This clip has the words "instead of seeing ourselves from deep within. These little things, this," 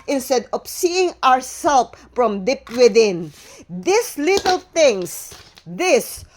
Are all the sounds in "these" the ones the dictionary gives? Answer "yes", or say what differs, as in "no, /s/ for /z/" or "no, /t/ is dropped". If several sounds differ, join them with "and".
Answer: no, /s/ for /z/